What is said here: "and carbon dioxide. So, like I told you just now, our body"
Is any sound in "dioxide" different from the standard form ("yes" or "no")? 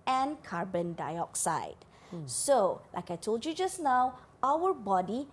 no